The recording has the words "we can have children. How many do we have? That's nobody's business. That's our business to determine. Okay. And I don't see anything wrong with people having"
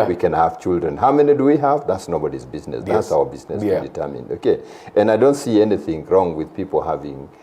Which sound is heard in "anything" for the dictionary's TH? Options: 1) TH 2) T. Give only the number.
1